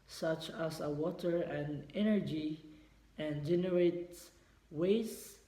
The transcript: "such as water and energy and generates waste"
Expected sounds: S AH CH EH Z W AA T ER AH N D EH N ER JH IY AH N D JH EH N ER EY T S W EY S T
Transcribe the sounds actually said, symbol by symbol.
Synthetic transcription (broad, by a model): S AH CH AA S W AA T ER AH N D EH N ER JH IY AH N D JH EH N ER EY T W EY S